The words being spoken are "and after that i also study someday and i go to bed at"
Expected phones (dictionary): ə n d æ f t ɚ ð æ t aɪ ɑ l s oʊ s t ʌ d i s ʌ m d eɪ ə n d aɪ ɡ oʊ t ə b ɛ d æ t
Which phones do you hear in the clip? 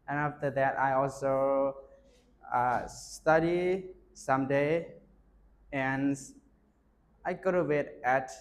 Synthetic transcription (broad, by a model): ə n æ f t ɚ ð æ t aɪ ɑ l s oʊ s t ʌ d i s ʌ m d eɪ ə n aɪ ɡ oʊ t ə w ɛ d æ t